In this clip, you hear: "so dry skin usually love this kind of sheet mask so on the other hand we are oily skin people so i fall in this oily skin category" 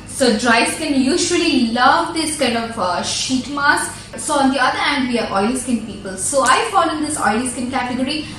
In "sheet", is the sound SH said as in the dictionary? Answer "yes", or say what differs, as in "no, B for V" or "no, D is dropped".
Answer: yes